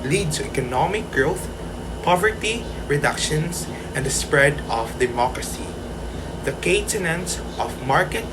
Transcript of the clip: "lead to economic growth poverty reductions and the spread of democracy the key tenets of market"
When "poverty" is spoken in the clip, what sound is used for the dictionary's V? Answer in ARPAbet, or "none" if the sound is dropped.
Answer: V